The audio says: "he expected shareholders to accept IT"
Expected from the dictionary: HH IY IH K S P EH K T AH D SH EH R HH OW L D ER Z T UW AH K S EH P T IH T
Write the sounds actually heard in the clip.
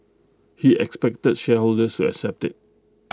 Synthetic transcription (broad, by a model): HH IY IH K S P EH K T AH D SH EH HH OW L D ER S T UW AH K S EH P T IH T